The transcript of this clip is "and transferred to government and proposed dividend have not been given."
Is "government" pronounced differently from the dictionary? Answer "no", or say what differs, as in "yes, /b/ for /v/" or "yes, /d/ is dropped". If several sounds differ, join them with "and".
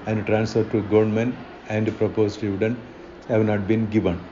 yes, /t/ is dropped